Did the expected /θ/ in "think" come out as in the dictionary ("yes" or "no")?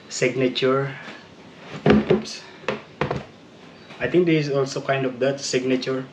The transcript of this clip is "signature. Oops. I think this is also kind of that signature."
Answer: no